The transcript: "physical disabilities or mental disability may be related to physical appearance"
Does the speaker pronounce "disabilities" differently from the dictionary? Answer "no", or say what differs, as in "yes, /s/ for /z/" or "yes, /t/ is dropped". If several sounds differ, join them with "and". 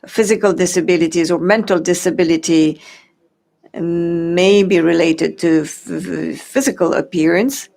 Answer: no